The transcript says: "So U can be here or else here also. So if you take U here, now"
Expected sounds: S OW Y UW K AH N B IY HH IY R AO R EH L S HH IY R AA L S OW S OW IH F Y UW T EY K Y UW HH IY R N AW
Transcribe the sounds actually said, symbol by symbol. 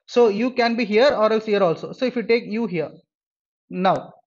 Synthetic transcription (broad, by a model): S OW Y UW K AH N B IY HH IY R AO R EH L S HH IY R AA L S OW S OW IH F Y UW T EY K Y UW HH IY R N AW